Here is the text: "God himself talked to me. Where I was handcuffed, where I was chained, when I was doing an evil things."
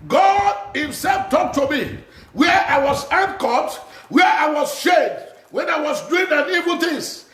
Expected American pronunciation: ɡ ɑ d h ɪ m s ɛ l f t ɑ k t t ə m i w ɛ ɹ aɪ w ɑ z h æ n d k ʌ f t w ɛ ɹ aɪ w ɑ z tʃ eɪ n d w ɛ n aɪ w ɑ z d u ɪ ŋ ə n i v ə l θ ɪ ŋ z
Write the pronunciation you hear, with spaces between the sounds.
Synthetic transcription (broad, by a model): ɡ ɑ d h ɪ m s ɛ l f t ɑ k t t ə m i w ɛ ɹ aɪ w ɑ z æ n k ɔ t w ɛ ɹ aɪ w ɑ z ʃ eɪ d w ɛ n aɪ w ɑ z d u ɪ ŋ ə n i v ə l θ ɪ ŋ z